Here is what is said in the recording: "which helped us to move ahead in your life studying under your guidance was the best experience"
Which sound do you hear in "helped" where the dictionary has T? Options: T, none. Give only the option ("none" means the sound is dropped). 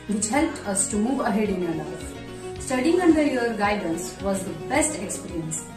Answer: T